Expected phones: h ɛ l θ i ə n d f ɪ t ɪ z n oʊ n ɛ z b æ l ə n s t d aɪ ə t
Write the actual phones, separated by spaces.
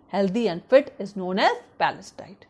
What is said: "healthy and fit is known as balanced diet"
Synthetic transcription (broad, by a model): h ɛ l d i ə n d f ɪ t ɪ z n oʊ n ɛ z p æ l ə s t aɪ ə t